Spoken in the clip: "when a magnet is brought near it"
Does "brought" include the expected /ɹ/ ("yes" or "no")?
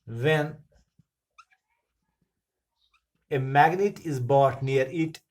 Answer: no